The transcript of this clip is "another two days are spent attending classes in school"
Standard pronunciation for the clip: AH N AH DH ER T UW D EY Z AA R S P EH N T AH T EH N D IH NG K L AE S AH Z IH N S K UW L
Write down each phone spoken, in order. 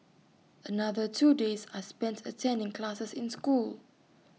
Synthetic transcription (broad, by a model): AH N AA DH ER T UW D EY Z AA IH S P EH N T AH T EH N D IH NG K L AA S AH S IH N S K UW L